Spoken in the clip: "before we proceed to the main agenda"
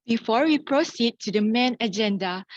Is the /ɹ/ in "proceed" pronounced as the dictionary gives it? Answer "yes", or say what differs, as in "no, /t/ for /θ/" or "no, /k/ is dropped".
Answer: yes